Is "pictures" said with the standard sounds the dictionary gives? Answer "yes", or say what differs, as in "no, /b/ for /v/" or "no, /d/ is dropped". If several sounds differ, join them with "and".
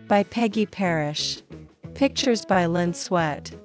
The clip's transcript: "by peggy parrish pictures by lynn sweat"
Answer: yes